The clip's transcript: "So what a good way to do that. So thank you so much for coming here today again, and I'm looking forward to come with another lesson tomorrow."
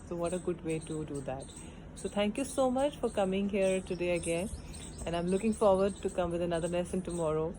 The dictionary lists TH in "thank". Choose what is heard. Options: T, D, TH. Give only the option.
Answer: T